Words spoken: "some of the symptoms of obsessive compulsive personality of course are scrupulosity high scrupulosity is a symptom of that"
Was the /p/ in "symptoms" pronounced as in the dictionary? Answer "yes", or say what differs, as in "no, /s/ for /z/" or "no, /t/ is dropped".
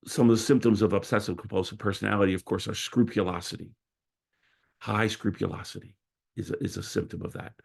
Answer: yes